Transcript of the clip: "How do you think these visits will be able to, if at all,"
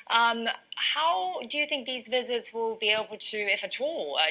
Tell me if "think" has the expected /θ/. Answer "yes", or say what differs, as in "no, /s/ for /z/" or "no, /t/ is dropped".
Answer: yes